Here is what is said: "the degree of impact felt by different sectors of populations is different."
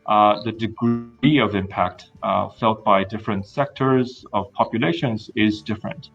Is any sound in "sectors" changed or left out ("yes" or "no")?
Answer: no